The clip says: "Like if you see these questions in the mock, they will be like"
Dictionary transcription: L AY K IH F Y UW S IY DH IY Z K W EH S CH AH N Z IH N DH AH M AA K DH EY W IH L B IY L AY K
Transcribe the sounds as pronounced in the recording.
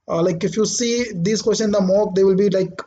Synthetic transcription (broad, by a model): L AY K IH F Y UW S IY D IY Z K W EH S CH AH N IH N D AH M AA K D EY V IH L B IY L AY K